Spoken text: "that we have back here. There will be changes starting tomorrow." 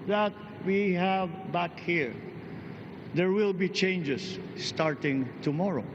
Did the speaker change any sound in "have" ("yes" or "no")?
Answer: no